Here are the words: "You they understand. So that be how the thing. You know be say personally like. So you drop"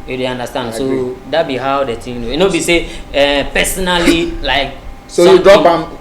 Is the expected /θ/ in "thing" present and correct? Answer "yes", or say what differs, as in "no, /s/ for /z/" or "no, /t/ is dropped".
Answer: no, /t/ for /θ/